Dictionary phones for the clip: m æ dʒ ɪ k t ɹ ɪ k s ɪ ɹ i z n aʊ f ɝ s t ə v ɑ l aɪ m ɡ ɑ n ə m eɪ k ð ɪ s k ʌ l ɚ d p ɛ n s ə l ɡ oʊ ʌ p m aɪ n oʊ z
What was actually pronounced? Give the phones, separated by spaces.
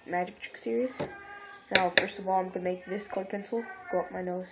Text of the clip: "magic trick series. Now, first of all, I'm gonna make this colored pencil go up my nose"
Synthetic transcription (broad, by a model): m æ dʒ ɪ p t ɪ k s ɪ ɹ i z n aʊ f ɝ s t ə v ɑ l aɪ m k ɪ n m eɪ k ð ɪ s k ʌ ɪ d p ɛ n s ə l ɡ oʊ ʌ p m aɪ n oʊ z